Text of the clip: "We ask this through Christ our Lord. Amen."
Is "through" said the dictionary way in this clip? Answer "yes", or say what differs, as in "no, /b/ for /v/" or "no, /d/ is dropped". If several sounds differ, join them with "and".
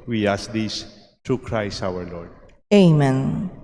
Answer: no, /t/ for /θ/